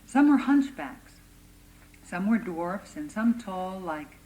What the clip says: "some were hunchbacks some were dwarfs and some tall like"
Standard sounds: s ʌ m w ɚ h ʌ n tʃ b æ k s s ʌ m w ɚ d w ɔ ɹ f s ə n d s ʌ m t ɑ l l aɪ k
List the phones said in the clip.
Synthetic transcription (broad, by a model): s ʌ m w ɚ h ʌ n tʃ b æ k s s ʌ m w ɚ d w ɔ ɹ f s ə n s ʌ m t ɑ l l aɪ k